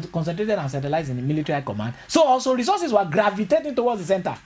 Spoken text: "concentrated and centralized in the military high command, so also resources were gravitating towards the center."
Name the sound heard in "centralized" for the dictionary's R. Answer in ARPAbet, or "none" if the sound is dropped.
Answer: none